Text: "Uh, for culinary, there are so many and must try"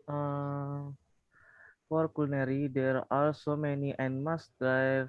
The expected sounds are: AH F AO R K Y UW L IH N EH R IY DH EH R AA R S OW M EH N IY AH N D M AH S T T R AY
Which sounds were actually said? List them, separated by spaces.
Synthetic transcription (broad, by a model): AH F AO R K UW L N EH R IY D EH R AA L S OW M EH N IY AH N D M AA S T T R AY